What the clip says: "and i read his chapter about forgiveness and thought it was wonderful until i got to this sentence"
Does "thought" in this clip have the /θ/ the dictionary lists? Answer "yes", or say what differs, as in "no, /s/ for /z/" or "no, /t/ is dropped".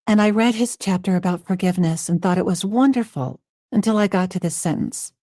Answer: yes